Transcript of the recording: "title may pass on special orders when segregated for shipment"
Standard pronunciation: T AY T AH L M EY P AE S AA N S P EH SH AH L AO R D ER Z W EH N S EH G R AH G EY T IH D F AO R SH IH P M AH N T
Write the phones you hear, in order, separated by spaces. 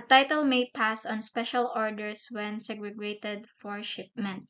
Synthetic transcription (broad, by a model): T AY T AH L M EY P AE S AA N S P EH SH AH L AO R D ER S W EH N S EH G R AH G EY T IH D F AO R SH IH P M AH N T